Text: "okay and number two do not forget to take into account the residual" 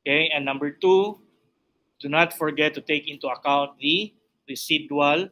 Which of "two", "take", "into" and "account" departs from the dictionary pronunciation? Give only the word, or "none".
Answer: none